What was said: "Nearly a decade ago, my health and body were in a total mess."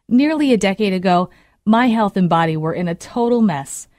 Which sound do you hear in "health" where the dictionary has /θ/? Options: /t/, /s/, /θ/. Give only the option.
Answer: /θ/